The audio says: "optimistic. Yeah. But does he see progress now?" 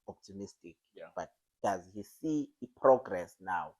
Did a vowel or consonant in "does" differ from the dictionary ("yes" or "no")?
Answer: no